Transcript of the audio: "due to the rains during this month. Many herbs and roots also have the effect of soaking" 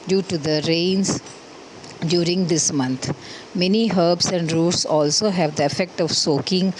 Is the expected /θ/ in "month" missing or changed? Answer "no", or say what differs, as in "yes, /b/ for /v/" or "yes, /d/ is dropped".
yes, /t/ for /θ/